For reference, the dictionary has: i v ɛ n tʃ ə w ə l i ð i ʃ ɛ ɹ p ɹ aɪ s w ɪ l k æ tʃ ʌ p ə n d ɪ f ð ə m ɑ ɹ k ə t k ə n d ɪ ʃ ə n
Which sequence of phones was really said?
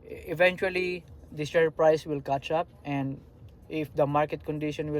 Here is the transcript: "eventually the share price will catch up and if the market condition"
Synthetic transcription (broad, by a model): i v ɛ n tʃ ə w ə l i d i s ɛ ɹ p ɹ aɪ s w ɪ l k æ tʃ ʌ p ə n d ɪ f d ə m ɑ ɹ k ə t k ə n d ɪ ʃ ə n